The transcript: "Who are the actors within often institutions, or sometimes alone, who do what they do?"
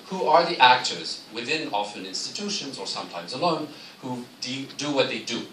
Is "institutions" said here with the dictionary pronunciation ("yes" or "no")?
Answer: yes